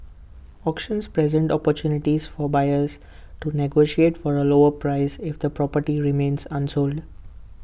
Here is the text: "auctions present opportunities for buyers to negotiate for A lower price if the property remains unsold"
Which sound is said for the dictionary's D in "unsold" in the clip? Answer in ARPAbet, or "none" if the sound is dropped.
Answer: D